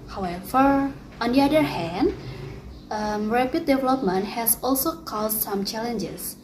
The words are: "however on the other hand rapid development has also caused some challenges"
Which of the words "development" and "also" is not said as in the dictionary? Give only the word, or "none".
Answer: none